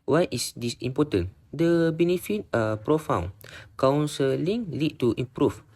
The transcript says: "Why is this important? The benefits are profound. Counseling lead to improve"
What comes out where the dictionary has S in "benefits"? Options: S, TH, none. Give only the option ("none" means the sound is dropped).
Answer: none